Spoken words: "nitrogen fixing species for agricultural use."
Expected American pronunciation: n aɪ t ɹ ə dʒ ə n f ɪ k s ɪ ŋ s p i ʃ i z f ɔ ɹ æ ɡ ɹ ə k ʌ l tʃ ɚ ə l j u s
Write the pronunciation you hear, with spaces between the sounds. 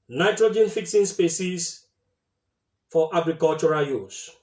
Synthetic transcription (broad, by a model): n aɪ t ɹ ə dʒ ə n f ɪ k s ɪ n s p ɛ s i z f ɔ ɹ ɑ ɡ ɹ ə k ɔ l tʃ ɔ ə j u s